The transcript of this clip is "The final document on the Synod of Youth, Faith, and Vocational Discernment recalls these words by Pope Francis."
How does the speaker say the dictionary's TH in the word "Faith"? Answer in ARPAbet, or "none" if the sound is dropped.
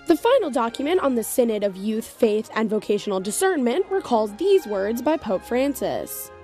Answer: TH